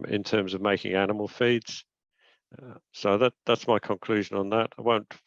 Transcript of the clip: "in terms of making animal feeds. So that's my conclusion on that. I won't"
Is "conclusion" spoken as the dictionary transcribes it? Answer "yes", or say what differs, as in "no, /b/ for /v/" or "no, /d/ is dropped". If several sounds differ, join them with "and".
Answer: yes